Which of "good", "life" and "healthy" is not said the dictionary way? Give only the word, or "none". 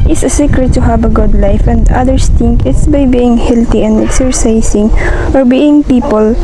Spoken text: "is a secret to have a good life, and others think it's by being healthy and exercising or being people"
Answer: healthy